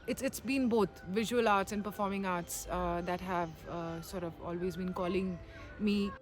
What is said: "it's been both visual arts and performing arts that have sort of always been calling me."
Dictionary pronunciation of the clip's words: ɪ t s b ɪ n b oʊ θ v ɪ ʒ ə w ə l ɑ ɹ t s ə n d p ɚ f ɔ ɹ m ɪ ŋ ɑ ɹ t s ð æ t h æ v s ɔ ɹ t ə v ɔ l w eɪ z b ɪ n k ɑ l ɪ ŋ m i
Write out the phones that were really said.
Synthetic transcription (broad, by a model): ɪ t s b ɪ n b oʊ t v ɪ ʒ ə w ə l ɑ ɹ t s ə n d p ɚ f ɔ ɹ m ɪ ŋ ɑ ɹ t s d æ t h æ v s ɔ ɹ t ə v ɔ l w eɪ z b ɪ n k ɑ l ɪ ŋ m i